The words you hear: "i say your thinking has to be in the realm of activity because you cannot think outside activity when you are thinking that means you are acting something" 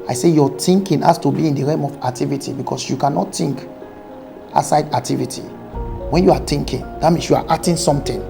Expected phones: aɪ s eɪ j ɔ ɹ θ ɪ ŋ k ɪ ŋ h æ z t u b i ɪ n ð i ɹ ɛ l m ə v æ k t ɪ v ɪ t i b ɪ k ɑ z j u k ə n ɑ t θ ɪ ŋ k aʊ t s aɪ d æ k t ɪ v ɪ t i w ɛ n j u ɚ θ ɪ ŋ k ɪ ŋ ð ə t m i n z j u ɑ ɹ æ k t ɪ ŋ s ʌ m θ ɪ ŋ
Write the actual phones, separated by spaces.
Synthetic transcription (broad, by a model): aɪ s eɪ j ɔ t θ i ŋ k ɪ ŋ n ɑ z t u b i ɪ n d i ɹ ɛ m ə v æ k t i v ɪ t i b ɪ k ɑ s j u k ə n ɑ t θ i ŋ k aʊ s aɪ d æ k t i v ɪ t i w ɛ n j u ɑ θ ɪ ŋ k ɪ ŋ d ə t m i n s j u ɑ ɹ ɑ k t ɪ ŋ s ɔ m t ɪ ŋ